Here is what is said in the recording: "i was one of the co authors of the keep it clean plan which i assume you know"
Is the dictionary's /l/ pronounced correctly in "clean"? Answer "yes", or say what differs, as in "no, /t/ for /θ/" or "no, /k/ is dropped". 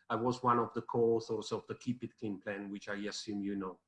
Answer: no, /l/ is dropped